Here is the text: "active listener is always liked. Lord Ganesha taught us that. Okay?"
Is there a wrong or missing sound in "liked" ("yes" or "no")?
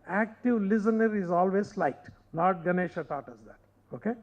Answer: yes